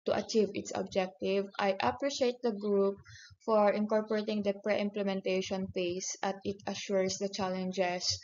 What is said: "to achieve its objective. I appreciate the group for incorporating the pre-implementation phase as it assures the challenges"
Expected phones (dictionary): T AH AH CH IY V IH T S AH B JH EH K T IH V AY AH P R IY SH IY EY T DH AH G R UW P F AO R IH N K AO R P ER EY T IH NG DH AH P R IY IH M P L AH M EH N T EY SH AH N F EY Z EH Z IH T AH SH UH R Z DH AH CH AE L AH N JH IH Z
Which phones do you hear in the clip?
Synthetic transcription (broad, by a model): T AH AH CH IY V IH T S AH B JH EH K T IH V AY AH P R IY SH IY EY T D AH G R UW P F AO R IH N K AO R P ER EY T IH NG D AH P R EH IH M P L AH M EH N T EY SH AH N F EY S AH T IH T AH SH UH R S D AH CH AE L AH N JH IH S